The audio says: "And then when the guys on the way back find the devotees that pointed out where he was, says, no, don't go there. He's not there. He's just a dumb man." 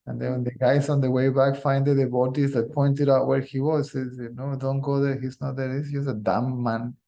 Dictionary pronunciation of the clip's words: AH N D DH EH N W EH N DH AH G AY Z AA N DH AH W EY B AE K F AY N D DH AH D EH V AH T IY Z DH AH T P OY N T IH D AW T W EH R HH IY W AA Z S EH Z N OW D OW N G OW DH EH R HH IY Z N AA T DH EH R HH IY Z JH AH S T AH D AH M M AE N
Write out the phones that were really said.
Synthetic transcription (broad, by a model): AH N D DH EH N W EH N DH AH G AY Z AA N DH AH W EY B AE K F AY N D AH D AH B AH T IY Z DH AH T P OY N T IH D AW T W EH R HH IY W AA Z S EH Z N OW D OW N G OW DH EH R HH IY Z N AA T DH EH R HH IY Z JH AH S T AH D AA M M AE N